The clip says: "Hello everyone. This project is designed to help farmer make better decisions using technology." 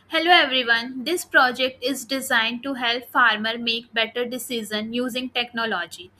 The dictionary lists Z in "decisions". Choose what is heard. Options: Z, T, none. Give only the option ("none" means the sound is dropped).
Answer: none